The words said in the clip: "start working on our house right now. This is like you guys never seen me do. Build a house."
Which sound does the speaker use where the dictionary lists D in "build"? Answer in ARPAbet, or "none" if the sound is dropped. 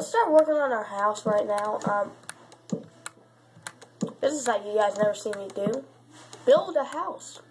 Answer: D